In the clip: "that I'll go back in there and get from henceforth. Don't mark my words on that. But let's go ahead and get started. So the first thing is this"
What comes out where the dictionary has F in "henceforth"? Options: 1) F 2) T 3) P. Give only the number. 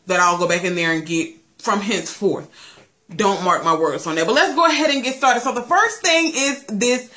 1